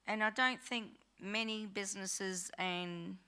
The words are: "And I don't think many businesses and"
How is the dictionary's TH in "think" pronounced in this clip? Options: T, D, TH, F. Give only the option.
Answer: TH